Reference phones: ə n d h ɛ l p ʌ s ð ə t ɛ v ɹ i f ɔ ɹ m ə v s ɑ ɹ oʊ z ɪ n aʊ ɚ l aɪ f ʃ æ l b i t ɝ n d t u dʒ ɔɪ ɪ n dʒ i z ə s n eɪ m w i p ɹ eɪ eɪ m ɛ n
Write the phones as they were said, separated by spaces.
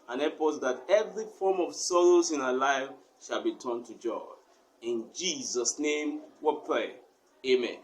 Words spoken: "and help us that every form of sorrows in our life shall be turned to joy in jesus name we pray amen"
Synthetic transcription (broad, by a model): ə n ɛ p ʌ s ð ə t ɛ v ɹ i f ɔ m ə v s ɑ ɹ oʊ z ɪ n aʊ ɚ l aɪ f ʃ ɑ l b i t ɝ n t u dʒ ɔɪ ɪ n dʒ i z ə s n eɪ m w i p ɹ eɪ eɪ m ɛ n